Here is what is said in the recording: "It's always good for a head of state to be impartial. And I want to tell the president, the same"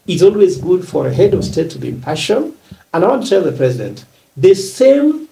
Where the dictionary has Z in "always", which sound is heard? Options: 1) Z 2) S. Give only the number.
1